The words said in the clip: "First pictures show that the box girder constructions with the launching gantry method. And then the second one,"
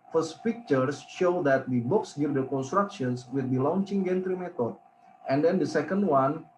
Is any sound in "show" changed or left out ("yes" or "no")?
no